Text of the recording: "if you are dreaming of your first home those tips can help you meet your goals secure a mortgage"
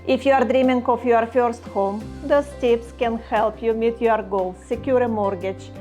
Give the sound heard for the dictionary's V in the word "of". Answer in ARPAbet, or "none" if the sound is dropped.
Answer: F